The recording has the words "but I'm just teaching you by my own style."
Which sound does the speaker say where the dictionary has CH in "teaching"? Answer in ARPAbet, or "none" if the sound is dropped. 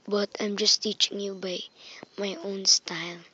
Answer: CH